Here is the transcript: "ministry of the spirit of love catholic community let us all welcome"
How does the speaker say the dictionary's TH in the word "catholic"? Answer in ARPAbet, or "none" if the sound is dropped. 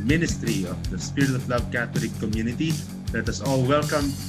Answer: T